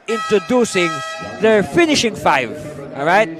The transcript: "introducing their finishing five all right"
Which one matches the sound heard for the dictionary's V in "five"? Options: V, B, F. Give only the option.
V